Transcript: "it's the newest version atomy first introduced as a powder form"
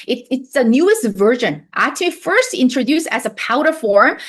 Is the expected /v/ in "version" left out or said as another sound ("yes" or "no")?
no